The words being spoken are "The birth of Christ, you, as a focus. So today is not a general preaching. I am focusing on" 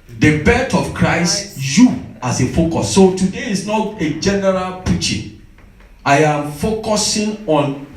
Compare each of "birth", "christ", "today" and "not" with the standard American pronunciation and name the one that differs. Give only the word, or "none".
birth